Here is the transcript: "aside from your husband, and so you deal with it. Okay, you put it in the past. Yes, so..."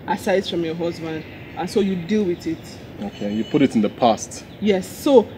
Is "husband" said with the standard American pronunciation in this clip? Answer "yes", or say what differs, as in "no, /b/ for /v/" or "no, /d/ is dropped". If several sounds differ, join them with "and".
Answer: yes